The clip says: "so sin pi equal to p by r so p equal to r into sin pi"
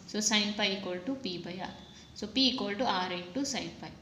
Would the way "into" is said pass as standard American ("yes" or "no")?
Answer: no